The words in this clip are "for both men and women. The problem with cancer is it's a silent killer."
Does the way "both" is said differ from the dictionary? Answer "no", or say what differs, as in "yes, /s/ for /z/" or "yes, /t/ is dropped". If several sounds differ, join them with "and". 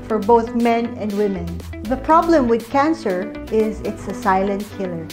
no